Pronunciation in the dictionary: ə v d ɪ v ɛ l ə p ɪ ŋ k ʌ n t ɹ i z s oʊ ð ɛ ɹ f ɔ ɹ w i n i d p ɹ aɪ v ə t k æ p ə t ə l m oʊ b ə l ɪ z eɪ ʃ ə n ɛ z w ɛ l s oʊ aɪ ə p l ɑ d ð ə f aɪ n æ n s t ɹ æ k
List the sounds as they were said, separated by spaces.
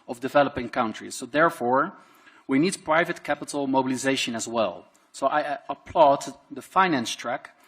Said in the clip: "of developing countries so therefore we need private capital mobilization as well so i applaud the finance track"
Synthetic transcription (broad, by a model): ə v d ɪ v ɛ l ə p ɪ ŋ k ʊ n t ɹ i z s oʊ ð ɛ ɹ f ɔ ɹ w i n i d p ɹ aɪ v ə t k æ p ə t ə l m oʊ b ə l ɪ z eɪ ʃ ə n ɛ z w ɛ l s oʊ aɪ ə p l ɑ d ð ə f aɪ n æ n s t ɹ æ k